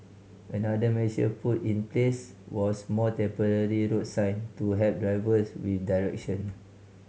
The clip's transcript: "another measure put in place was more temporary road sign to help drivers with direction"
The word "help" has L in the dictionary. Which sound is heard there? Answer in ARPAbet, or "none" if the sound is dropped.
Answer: none